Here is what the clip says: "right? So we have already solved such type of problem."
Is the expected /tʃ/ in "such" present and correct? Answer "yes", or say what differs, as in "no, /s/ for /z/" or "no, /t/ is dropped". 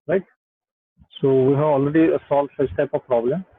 no, /s/ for /tʃ/